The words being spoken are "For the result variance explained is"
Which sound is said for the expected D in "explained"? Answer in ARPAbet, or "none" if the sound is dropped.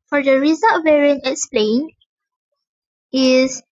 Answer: none